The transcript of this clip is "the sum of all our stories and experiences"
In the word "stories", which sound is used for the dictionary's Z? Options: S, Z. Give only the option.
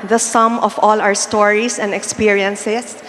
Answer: S